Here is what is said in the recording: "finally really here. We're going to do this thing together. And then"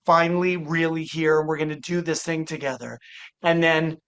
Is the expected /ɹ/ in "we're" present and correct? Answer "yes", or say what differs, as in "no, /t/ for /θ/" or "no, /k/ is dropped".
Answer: yes